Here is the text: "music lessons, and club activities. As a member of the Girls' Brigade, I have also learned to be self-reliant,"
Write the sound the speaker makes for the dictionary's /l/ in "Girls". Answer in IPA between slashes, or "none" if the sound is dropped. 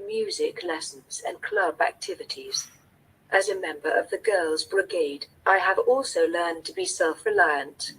/l/